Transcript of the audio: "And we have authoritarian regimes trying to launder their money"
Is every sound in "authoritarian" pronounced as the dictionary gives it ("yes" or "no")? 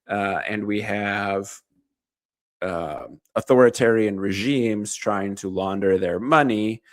yes